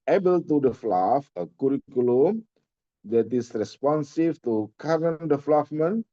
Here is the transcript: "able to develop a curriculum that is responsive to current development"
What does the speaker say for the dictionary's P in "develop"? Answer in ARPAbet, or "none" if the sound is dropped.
F